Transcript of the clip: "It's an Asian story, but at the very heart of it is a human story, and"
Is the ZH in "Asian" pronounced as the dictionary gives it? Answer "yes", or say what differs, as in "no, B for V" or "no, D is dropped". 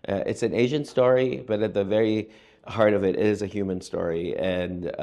yes